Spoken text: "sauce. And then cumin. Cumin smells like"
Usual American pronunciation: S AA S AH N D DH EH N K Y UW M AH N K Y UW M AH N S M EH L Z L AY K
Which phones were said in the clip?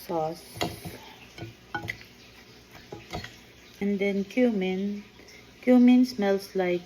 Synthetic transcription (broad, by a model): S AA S AH N D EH N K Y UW M N K Y UW M AH N S M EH L S L AY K